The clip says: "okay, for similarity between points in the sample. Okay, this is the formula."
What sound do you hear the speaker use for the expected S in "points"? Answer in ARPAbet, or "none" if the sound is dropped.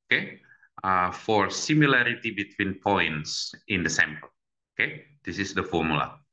S